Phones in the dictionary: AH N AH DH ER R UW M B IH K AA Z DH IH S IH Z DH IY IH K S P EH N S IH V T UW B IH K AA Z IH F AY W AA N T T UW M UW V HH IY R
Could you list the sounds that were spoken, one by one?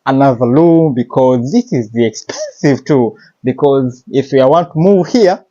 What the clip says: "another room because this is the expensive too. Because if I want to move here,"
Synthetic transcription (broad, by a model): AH N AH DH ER L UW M B IH K AA Z DH IH S IH Z DH IY IH K S P EH N S IH V T UW B IH K AA Z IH F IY W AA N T T UW M UW V HH IY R